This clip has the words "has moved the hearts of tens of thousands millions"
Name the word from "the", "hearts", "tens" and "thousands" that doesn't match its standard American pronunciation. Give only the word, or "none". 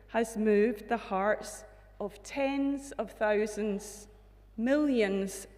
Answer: none